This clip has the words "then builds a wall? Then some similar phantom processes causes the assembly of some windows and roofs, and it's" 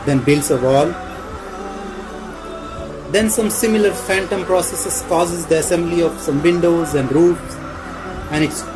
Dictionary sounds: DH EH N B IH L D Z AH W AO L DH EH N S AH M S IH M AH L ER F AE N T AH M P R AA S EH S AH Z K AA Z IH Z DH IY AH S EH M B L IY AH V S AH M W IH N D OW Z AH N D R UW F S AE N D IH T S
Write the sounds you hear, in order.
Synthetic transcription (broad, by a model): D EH N B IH L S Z AH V AO L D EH N S AH M S IH M AH L ER F AE N T AH M P R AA S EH S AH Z K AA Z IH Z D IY AH S EH M B L IY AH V S AH M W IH N D OW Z AH N D R UW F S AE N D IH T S